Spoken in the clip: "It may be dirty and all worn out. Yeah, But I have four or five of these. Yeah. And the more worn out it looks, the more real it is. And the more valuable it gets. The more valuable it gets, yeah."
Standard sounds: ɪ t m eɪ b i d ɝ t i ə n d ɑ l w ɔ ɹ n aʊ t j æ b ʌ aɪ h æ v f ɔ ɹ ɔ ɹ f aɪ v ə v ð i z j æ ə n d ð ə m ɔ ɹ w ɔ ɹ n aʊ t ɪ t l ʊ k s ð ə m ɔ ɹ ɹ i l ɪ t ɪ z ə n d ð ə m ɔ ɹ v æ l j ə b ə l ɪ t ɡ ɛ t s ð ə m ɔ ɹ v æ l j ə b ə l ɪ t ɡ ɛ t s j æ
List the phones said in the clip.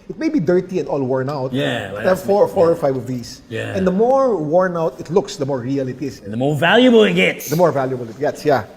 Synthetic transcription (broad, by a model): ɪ t m eɪ b i d ɝ t i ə n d ɑ l w ɔ ɹ n aʊ t j æ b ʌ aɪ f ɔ f ɔ ɹ ɔ ɹ f aɪ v ə v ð i s j æ ə n d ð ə m ɔ ɹ w ɔ ɹ n aʊ t ɪ t l ʊ k s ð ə m ɔ ɹ ɹ i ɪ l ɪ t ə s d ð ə m ɔ ɹ v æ l j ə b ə l ɪ t ɡ ɛ t s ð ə m ɔ ɹ v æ l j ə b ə l ɪ t ɡ ɛ t s j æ